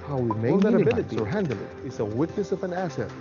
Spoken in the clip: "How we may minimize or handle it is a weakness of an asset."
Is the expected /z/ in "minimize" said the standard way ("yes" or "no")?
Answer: no